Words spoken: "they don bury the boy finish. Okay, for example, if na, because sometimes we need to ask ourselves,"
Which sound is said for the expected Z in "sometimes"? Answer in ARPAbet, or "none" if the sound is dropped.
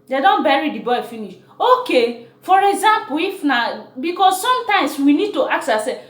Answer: S